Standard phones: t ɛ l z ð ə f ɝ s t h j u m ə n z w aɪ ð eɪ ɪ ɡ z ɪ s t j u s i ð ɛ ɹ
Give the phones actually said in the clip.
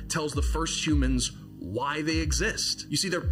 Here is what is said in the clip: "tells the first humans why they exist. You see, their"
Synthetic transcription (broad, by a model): t ɛ l z ð ə f ɝ s t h j u m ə n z w aɪ ð eɪ ɪ ɡ z ɪ s t j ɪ s i ð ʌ ɹ